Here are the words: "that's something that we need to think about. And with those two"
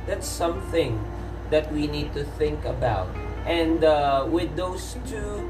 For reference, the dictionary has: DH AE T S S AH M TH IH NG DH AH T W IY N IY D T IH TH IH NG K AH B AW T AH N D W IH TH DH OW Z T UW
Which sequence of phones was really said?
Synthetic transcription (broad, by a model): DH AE T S S AH M TH IH NG DH AH T W IY N IY D T IH TH IH NG K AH B AW T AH N D W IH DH OW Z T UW